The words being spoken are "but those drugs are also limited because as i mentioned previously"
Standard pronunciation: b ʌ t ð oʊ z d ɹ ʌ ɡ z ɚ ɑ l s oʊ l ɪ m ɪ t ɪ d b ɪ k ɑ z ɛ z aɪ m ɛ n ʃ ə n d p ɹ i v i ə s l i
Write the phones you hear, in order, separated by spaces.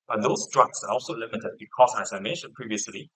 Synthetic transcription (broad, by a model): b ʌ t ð oʊ s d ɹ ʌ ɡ s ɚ ɑ l s oʊ l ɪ m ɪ t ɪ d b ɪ k ɑ s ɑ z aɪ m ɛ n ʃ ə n p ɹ i v i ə s l i